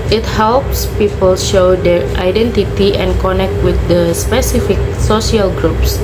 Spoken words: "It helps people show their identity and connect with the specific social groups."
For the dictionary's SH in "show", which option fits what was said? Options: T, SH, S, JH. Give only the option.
SH